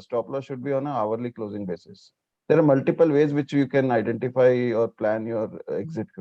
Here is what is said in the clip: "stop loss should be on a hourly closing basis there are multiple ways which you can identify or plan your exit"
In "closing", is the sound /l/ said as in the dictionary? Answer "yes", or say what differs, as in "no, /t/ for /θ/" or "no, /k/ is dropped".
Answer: yes